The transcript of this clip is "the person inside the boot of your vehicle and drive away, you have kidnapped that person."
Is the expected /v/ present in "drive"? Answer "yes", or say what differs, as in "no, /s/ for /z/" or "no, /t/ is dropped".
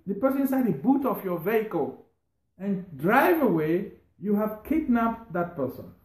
yes